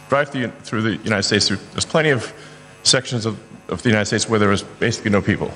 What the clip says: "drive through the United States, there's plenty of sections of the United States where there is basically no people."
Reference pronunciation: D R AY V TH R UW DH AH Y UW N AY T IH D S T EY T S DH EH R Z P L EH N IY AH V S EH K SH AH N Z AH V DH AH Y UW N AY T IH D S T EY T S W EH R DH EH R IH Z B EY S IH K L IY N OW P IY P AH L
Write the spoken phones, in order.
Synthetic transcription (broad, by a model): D R AY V TH R UW DH AH Y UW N AY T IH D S T EY T S DH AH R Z P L EH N IY AH V S EH K SH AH N Z AH V DH AH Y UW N AY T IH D S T EY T S W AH R DH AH R IH Z B EY S IH K L IY N OW P IY P L